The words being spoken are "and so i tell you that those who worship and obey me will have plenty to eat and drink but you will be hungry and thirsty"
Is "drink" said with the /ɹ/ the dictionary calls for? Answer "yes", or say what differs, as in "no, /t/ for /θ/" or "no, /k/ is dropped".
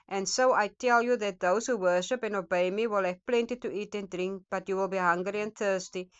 yes